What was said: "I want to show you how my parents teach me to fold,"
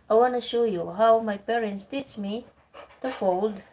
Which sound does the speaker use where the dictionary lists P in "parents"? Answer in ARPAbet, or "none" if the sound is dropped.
P